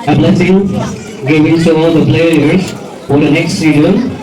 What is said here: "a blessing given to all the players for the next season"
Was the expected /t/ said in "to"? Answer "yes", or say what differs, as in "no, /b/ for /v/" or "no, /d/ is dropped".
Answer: no, /s/ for /t/